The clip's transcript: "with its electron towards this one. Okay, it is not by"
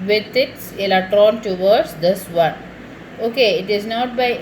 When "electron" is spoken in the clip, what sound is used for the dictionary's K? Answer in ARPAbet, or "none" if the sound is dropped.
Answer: K